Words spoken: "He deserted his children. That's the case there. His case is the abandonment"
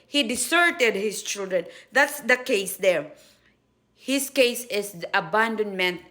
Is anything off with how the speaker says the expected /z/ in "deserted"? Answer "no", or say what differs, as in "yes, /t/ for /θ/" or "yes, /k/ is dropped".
yes, /s/ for /z/